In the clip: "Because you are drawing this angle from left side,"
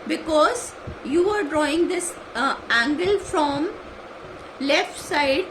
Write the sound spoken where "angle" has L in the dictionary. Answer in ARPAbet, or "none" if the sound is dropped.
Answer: L